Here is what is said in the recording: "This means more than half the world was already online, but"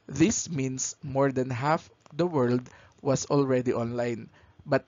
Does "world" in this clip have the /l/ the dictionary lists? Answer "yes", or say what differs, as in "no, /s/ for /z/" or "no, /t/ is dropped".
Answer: yes